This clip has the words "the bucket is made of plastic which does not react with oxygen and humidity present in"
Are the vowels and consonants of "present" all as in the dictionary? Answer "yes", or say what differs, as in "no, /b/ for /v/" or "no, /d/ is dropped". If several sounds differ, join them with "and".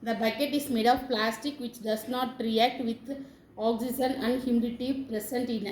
no, /s/ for /z/